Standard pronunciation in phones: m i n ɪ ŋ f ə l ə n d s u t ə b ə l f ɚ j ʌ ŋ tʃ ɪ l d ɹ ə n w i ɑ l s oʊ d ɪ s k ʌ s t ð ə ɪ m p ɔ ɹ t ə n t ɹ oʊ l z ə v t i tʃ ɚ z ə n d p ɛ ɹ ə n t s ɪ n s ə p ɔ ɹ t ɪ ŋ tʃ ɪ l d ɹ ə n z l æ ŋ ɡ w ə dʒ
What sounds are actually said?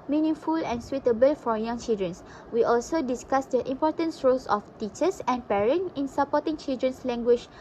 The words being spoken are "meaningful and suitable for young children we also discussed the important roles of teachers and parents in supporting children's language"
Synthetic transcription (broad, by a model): m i n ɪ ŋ f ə l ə n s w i t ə b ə l f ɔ j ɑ ŋ tʃ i l d ɹ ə n w i ɑ l s oʊ d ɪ s k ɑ s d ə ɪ m p ɔ t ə n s ɹ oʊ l s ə f t i tʃ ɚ s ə n p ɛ ɹ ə n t ɪ n s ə p ɔ t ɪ ŋ tʃ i l d ɹ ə n s l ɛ ŋ ɡ w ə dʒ